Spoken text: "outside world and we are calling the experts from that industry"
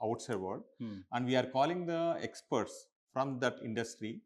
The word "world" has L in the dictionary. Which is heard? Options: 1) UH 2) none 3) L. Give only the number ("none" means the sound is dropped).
2